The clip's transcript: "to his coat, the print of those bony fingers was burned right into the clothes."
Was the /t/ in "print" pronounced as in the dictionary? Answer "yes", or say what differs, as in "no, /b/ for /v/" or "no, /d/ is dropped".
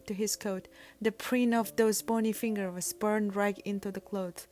no, /t/ is dropped